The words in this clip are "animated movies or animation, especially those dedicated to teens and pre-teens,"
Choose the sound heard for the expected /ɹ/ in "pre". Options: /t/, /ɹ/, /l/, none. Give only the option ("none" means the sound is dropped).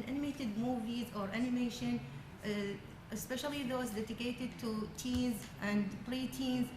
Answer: /l/